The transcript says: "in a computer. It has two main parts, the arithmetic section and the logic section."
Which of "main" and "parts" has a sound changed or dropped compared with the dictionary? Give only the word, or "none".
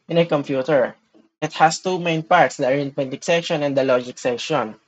none